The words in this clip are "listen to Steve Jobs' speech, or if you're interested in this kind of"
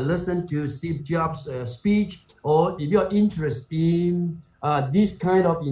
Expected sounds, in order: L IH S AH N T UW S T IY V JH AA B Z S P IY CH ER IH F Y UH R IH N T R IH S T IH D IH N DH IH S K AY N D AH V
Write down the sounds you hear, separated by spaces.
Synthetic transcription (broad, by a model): L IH S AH N T UW S T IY P JH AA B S S P IY CH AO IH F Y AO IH N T R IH S T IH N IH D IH S K AY N D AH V